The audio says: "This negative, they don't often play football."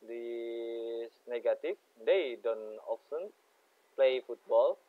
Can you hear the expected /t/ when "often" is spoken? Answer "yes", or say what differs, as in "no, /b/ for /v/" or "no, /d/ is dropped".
no, /s/ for /t/